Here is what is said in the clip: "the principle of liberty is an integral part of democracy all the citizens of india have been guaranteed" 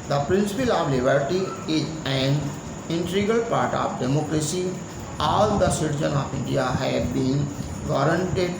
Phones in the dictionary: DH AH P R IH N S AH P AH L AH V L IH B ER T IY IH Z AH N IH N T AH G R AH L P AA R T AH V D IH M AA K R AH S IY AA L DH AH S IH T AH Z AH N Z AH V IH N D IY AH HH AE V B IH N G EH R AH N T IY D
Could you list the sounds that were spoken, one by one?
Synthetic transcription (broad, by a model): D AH P R IH N S AH P AH L AH V L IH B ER T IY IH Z AH N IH N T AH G AH L P AA R T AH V D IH M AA K R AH S IY AA L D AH S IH T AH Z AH N AH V IH N D IY AH HH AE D B IH N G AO R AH N T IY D